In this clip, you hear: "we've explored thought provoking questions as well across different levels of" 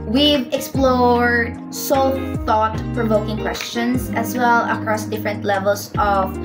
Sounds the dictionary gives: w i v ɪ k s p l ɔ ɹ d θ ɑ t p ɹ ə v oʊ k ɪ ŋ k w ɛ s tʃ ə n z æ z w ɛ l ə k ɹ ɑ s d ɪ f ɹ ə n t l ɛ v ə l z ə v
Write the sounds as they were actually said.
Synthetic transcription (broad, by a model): w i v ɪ k s p l ɔ ɹ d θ ɑ t p ɹ ə v oʊ k ɪ ŋ k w ɛ s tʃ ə n s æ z w ɛ l ə k ɹ ɑ s d ɪ f ɹ ə n t l ɛ v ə l s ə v